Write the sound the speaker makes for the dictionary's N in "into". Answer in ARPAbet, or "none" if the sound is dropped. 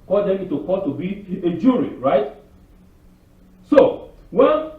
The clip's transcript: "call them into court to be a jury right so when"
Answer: none